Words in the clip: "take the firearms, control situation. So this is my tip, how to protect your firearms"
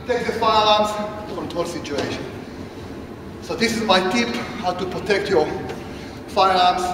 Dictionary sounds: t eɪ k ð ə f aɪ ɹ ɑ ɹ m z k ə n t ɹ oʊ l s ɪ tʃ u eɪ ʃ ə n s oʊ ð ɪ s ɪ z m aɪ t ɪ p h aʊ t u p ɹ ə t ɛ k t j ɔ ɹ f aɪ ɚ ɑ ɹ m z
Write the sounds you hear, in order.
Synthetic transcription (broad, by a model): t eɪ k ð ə f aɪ l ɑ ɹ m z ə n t oʊ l s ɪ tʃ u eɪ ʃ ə n s oʊ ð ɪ s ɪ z m aɪ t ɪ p h aʊ t u p ɹ ə t ɛ k t j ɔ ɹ f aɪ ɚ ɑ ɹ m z